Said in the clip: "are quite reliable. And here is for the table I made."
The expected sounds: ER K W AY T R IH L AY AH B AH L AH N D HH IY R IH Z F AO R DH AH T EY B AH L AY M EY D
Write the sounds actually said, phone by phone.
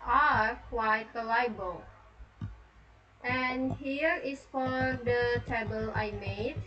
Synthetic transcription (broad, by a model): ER K W AY T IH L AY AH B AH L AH N HH IY R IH S F AO R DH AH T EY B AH L AY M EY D